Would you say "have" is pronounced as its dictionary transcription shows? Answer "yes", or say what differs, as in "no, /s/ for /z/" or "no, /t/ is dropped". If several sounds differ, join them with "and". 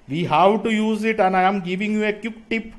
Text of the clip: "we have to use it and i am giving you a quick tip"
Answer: no, /w/ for /v/